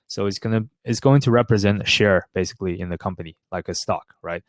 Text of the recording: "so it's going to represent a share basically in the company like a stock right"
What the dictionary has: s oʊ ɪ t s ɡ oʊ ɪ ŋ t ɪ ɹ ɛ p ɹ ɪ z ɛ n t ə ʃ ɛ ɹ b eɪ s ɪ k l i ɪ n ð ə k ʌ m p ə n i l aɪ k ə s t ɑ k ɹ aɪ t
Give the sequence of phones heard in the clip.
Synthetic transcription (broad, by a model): s oʊ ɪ t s ɡ oʊ ɪ ŋ t ɪ ɹ ɛ p ɹ ɪ z ɛ n t ə ʃ ɛ ɹ b eɪ s ɪ k l i ɪ n ð ə k ʌ m p ə n i l aɪ k ə s t ɑ k ɹ aɪ t